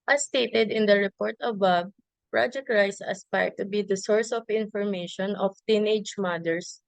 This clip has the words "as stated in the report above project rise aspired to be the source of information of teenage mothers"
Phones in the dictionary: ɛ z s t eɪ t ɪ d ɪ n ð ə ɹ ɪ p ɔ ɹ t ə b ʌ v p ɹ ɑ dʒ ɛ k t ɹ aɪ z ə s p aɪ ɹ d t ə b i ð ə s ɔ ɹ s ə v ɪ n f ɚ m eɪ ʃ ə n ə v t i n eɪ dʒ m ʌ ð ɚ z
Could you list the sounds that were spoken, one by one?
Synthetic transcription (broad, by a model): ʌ s t eɪ t ɪ d ɪ n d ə ɹ ɪ p ɔ ɹ t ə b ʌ b p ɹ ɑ dʒ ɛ k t ɹ aɪ s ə s p aɪ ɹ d t ə b i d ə s ɔ ɹ s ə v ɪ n f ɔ m eɪ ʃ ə n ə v t i n eɪ dʒ m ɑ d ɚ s